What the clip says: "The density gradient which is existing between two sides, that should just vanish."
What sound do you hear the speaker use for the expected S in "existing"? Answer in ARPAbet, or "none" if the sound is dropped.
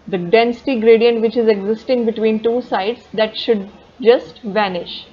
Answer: S